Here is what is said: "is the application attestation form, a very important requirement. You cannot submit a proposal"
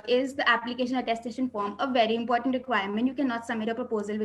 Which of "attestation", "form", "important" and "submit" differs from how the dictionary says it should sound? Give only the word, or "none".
submit